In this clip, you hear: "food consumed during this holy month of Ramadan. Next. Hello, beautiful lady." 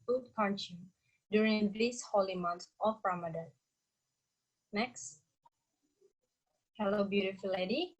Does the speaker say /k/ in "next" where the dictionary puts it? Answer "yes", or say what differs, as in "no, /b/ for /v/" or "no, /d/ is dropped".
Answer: yes